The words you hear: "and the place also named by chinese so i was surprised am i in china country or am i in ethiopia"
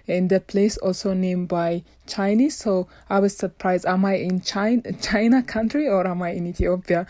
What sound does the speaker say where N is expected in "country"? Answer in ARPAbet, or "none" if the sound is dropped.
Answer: N